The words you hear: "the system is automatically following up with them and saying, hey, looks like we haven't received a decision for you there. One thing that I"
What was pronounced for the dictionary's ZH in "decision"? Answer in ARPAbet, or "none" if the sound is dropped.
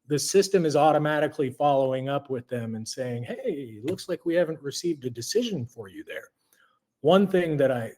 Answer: ZH